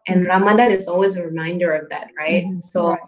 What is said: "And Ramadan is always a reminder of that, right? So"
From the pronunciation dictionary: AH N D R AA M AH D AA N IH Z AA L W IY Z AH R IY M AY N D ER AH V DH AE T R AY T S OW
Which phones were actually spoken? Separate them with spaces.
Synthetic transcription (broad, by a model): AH N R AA M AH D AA IH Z AA L W IY Z AH R IY M AY N D ER AH V DH AE T R AY T S OW